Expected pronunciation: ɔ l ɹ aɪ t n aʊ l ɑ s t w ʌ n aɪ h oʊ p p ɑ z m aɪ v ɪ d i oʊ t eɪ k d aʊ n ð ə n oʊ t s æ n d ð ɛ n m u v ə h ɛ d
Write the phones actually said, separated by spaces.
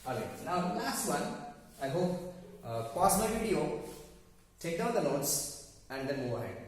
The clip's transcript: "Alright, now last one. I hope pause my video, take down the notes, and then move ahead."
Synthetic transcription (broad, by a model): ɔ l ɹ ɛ n aʊ l ɑ s t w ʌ n aɪ h oʊ p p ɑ s m aɪ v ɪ d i oʊ t eɪ k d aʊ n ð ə l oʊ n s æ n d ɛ n m u v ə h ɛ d